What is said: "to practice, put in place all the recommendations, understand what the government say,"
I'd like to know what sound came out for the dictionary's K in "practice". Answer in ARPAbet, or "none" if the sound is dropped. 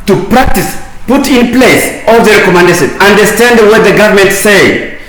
K